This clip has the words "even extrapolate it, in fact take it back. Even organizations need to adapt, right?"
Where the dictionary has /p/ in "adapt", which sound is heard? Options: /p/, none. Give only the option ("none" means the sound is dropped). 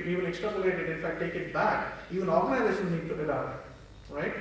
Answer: none